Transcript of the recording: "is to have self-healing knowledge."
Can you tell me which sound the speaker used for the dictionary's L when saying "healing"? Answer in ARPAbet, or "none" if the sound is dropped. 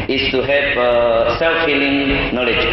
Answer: L